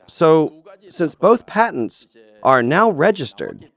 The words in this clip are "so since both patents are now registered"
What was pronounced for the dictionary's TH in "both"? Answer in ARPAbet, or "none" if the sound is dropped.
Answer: TH